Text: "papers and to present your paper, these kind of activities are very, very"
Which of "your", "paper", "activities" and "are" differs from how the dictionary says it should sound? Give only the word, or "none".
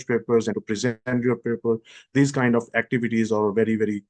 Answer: none